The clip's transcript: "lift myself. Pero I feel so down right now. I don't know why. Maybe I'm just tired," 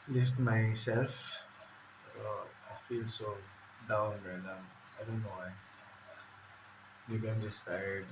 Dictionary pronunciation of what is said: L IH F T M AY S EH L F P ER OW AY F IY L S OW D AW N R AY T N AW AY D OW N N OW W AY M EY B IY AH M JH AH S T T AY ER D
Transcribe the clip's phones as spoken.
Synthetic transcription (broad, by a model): L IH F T M AY S EH L F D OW AY F IY L S OW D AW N L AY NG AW AY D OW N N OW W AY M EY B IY AH M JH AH S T T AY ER D